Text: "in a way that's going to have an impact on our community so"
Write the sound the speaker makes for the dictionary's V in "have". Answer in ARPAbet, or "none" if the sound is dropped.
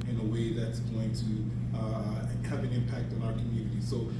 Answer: V